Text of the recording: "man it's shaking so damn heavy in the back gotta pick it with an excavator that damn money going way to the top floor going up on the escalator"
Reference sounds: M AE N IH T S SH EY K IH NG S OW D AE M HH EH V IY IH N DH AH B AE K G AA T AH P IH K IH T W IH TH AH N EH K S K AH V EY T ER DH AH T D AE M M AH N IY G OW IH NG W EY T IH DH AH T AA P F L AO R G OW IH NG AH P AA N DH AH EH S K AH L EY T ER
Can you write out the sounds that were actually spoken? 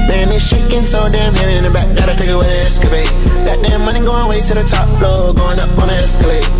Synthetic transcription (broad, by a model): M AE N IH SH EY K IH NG S OW D AE M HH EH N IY IH N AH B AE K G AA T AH F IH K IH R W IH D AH EH S K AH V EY T DH AH T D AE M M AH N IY G OW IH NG W EY T IH DH AH T AA P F L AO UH G OW IH NG AH P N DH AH EH S K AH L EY T